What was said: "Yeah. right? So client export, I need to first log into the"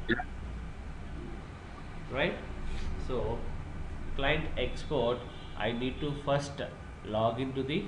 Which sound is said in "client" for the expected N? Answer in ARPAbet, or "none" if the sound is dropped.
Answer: N